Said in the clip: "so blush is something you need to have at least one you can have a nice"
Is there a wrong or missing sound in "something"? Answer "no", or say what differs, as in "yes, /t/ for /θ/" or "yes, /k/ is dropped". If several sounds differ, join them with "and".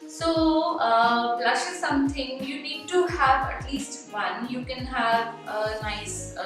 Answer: yes, /t/ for /θ/